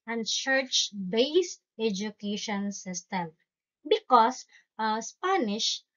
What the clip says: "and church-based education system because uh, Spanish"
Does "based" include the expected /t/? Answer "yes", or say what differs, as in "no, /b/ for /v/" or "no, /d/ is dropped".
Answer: yes